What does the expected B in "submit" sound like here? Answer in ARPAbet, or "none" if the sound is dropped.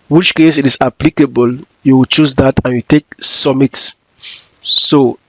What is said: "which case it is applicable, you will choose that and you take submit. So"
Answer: none